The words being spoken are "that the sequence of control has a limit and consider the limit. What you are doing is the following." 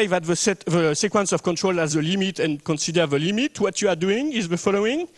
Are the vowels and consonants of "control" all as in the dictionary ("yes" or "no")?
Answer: yes